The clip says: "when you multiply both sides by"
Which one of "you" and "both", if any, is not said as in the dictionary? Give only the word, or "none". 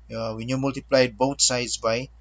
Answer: both